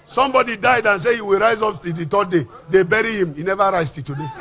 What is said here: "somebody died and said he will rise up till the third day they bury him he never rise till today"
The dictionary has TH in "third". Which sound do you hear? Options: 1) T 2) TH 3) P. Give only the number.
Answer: 1